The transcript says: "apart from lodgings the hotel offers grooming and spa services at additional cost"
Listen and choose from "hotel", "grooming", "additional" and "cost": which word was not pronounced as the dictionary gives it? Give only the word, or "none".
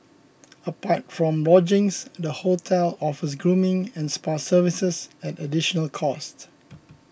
none